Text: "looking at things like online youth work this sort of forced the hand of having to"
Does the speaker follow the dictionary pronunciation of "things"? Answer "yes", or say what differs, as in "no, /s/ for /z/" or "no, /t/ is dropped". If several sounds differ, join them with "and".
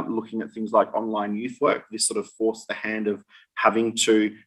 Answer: yes